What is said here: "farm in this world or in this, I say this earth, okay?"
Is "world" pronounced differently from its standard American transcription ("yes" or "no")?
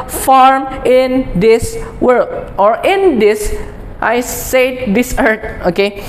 yes